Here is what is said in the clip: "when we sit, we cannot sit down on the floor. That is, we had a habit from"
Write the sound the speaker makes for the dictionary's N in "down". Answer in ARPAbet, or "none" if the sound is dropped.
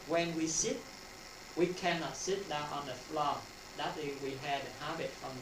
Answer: none